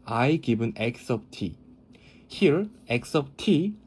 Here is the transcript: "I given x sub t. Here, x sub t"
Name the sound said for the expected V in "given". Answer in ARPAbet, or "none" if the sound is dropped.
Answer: B